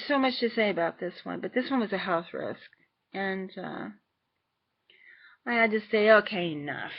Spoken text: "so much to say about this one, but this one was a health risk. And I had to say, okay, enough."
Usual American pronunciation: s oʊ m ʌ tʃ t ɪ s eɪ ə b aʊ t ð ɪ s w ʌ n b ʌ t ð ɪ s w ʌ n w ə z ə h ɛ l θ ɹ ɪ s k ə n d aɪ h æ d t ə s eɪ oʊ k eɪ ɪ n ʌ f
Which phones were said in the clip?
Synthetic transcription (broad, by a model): s oʊ m ʌ tʃ t ɪ s eɪ ə b aʊ t ð ɪ s w ʌ n b ʌ t ð ɪ s w ʌ n w ə z ə h ɛ l θ ɹ ɪ s k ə n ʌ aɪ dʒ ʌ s t s eɪ oʊ k eɪ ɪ n ʌ f